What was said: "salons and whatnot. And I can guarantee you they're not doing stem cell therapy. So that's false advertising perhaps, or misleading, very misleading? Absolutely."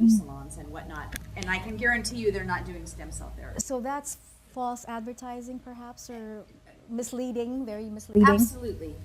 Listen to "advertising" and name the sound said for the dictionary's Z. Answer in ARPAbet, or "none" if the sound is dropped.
Z